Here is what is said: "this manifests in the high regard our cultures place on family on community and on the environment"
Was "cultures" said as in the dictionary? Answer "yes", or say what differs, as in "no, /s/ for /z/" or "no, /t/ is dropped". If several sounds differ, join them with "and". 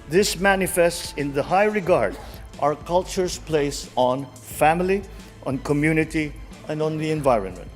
no, /s/ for /z/